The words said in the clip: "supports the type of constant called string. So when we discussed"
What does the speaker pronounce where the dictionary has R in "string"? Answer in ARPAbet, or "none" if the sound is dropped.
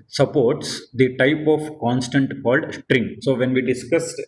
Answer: R